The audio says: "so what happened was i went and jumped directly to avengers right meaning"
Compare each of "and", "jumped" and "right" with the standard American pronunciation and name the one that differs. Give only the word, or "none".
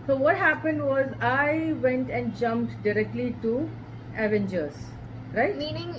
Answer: none